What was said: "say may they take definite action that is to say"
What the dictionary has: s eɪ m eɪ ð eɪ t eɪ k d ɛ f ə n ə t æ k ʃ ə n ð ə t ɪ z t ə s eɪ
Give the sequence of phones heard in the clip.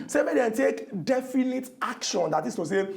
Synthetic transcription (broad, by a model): s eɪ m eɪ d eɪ t eɪ k d ɛ f ə n ə t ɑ k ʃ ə n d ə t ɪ s t ə s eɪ